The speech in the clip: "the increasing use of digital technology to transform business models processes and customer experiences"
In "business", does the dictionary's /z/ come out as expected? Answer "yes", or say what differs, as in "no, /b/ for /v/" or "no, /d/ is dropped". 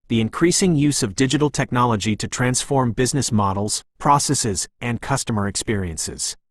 yes